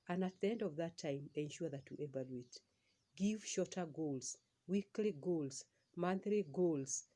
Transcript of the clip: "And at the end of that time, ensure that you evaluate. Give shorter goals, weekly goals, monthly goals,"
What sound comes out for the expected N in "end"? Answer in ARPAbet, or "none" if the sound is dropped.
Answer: N